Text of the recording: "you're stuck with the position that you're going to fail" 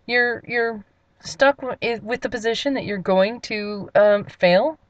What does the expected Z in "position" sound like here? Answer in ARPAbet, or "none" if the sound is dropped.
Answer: Z